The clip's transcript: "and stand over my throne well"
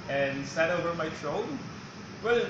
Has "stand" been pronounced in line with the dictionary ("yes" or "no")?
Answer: no